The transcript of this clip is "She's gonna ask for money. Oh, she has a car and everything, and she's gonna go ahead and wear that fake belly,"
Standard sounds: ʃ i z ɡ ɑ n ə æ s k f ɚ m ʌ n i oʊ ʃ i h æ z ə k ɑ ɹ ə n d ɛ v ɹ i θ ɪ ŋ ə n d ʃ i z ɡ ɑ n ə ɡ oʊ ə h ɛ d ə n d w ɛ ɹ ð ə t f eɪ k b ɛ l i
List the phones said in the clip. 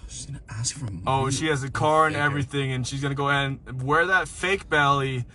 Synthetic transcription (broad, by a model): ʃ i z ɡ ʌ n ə æ s k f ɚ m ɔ i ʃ ʃ i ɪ z ə k ɑ ɹ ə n ɛ v ɹ i θ ɪ ŋ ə n ʃ i z ɡ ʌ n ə ɡ oʊ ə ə n w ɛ ɹ ð ə t f eɪ k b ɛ l i